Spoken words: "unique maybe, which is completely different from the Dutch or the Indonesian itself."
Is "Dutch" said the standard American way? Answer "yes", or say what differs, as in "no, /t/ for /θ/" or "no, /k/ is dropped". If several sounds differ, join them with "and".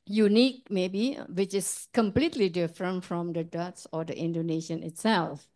no, /s/ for /tʃ/